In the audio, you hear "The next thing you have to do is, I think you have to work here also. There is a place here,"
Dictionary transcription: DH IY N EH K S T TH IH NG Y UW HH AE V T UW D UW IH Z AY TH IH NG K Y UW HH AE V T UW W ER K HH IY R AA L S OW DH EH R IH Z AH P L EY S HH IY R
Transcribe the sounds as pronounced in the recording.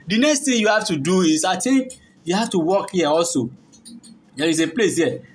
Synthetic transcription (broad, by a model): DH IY N EH K S T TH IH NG Y UW HH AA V T UW D UW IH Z AY T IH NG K Y UW HH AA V T UW W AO K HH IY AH AA L S OW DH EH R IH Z AH P L EY S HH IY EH